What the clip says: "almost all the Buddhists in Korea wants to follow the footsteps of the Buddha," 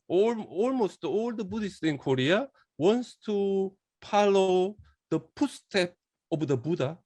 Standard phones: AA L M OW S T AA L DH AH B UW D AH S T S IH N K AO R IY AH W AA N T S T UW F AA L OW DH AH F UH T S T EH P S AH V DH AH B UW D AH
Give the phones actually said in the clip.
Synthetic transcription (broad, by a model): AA L M OW S T AA L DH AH B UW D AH S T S IH N K AO R IY AH W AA N S T UW P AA L OW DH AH P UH S T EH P AH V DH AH B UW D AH